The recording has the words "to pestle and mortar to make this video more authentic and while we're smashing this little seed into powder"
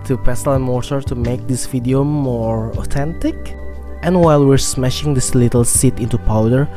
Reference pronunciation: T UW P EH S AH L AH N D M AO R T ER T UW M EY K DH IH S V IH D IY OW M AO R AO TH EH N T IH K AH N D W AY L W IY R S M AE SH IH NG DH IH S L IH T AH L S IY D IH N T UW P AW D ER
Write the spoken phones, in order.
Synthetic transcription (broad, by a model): T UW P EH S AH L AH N M AO R T ER T UW M EY K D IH S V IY D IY OW M AO R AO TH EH N T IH K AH N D W AY L W IY R S M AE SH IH NG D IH S L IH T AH L S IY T IH N T UW P AW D ER